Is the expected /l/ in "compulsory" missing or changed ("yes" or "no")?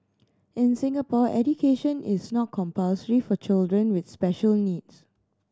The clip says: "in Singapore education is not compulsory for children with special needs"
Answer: no